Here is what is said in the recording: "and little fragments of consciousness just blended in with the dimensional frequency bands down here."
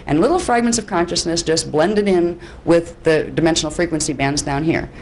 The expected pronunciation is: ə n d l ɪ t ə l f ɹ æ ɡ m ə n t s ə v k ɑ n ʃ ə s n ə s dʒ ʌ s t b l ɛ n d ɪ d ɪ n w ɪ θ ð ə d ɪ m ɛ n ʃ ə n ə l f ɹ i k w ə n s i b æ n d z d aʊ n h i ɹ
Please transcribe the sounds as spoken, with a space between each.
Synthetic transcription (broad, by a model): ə n l ɪ t l f ɹ æ ɡ m ə n t s ə v k ɑ n ʃ ə s n ə s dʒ ʌ s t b l ɛ n d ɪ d ɪ n w ɪ ð ə d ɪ m ɛ n ʃ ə n l f ɹ i k w ə n s i b æ n d z d aʊ n h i ɹ